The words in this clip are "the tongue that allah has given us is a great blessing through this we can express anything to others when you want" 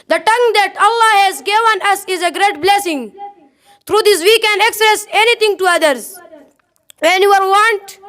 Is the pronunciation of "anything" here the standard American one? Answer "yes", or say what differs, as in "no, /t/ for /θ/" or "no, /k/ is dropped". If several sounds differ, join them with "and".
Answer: no, /t/ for /θ/